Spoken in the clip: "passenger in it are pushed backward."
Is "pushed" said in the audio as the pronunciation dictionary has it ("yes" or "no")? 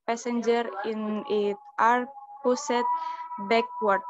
no